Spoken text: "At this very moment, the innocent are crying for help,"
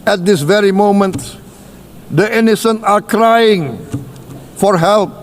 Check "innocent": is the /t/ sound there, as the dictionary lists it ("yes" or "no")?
no